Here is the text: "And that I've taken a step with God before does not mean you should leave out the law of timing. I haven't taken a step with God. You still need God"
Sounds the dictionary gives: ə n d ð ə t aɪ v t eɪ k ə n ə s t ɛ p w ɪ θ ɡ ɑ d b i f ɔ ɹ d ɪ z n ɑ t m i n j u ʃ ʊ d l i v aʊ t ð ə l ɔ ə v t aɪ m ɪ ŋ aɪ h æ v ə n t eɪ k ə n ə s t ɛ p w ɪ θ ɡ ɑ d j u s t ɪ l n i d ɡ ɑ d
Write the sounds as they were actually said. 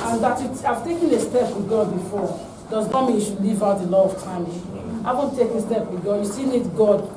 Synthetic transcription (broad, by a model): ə n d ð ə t aɪ v t eɪ k ə n ə s t ɛ p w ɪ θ ɡ ɑ d b i f ɔ ɹ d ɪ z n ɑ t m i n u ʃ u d l i v aʊ t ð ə l ɔ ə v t aɪ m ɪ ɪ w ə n t eɪ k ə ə s t ɛ p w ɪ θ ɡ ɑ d j u s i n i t ɡ ɑ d